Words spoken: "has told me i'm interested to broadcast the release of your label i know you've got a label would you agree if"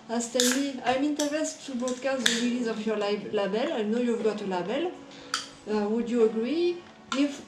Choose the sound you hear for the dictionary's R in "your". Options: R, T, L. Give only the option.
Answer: L